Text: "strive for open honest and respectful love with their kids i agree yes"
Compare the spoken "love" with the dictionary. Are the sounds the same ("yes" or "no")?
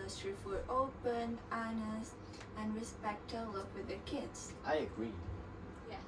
no